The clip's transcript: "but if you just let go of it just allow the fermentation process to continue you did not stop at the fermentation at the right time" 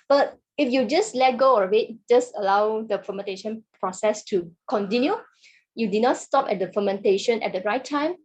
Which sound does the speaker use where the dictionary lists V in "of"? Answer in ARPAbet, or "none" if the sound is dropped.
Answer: W